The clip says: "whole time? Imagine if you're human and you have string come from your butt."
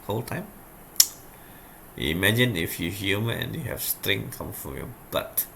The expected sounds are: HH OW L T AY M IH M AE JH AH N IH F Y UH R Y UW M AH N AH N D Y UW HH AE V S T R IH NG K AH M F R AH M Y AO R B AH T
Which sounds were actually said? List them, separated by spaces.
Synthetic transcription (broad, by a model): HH OW L T AY M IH M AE JH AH N IH F Y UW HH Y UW M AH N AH N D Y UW HH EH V S T R IH NG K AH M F R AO M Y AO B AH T